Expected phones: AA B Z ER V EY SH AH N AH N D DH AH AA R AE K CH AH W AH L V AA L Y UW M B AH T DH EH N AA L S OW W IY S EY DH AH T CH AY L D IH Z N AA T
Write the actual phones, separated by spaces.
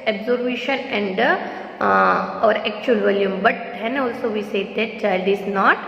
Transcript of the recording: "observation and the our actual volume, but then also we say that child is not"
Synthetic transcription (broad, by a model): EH B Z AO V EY SH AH N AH N D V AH R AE K CH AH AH L V AA L Y UW M B AH T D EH N AA L S OW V IY S EY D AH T CH AY L D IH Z N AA T